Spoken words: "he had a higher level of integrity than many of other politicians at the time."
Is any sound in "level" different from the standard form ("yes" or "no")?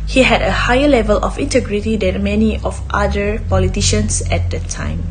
no